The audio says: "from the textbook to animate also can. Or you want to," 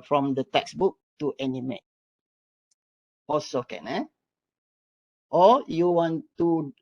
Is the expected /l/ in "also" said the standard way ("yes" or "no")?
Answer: no